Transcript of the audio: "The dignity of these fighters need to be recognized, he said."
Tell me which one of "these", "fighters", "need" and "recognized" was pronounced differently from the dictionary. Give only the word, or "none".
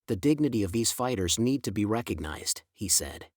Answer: none